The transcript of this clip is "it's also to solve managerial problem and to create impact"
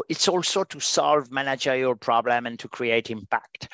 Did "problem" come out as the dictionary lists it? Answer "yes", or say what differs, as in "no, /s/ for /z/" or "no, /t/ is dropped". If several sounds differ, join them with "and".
yes